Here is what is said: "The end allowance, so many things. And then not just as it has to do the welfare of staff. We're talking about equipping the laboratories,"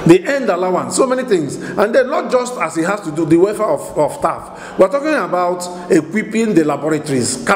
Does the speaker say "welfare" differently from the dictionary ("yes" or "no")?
yes